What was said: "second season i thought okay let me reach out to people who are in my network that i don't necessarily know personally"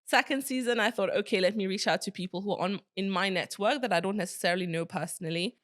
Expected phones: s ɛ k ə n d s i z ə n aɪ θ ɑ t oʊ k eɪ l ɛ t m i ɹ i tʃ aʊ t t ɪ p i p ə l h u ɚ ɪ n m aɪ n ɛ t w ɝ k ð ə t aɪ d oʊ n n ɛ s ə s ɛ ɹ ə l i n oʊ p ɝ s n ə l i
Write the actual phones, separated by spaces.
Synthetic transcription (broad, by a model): s ɛ k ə n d s i z ə n aɪ θ ɑ t oʊ k eɪ l ɛ t m i ɹ i tʃ aʊ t t ɪ p i p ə l h u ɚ ɪ n m aɪ n ɛ t w ɝ k ð ə t aɪ d oʊ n n ɛ s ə s ɛ ɹ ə l i n oʊ p ɝ s n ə l i